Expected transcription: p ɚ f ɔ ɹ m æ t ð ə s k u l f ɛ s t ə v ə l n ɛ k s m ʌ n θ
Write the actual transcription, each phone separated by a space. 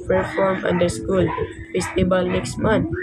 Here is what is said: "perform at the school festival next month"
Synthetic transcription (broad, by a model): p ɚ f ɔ ɹ m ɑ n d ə s k u l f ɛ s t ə b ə l n ɛ k s m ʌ n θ